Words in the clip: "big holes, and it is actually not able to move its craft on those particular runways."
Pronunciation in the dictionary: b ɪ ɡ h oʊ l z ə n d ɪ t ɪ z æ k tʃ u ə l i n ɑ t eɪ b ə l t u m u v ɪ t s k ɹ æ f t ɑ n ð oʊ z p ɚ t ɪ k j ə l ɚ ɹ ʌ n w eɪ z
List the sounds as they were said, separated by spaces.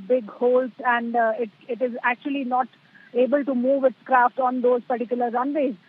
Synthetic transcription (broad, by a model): b ɪ ɡ h oʊ l s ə n d ɪ t ɪ z æ k tʃ u ə l i n ɑ t eɪ b ə l t u m u v ɪ t s k ɹ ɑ f t ɑ n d oʊ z p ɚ t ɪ k j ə l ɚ ɹ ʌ n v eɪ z